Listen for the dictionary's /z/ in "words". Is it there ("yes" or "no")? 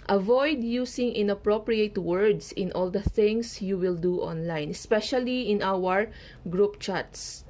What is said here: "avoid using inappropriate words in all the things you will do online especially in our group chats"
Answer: no